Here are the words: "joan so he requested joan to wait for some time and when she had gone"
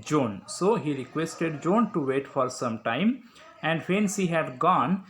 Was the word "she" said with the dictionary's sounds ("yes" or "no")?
no